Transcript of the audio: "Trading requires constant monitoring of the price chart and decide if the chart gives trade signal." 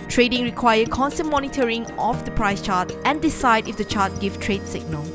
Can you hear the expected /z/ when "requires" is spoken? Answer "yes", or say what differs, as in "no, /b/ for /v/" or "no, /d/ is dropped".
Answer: no, /z/ is dropped